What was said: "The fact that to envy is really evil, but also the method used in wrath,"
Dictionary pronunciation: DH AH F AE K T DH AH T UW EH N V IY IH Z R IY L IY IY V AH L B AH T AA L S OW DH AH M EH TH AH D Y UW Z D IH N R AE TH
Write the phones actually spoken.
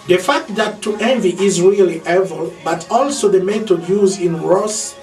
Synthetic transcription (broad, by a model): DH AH F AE K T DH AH T UW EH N V IY IH Z R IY L IY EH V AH L B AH T AA L S OW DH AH M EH T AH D Y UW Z IH N R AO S